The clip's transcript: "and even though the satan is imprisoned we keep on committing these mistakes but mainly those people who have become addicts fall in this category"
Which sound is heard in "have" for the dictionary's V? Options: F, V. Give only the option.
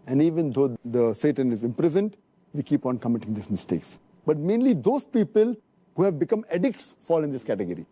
V